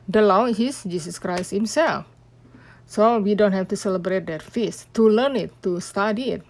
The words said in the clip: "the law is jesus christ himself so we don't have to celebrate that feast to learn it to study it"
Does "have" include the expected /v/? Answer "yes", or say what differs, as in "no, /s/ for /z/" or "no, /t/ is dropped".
no, /f/ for /v/